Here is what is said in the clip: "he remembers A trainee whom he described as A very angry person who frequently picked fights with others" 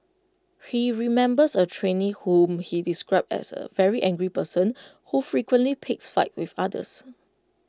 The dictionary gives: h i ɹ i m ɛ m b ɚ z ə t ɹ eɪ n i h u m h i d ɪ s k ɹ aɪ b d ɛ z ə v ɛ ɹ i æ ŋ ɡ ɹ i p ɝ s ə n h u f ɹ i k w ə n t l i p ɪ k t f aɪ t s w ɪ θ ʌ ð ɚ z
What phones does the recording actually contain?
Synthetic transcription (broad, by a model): h i ɹ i m ɛ m b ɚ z ə t ɹ eɪ n i h u m h i d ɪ s k ɹ aɪ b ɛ s ə v ɛ ɹ i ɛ ŋ ɡ ɹ i p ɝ s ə n h u f ɹ i k w ə n t l i p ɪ k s f aɪ t w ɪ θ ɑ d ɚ s